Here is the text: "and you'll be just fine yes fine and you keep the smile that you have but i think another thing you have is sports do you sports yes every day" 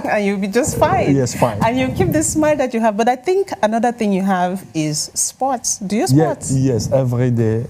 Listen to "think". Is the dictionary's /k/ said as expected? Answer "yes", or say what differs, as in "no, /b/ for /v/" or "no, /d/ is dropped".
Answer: yes